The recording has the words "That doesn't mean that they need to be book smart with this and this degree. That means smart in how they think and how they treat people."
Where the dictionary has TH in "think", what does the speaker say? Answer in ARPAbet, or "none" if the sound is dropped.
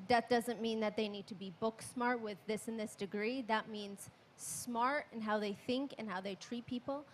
TH